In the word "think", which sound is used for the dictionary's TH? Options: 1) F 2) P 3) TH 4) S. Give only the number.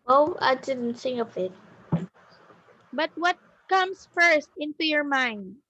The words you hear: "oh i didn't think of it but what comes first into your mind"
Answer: 4